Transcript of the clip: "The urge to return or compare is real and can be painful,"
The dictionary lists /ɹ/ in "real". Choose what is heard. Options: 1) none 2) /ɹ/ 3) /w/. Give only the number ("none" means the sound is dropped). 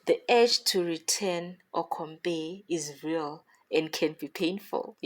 2